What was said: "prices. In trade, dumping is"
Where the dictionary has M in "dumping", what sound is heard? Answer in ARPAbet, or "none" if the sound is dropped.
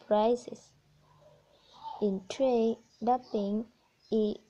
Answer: none